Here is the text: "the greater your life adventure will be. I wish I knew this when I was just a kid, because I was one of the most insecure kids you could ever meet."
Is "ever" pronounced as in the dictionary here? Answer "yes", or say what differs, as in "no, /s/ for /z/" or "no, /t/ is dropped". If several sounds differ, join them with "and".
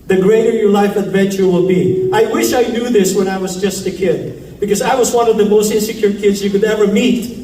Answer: yes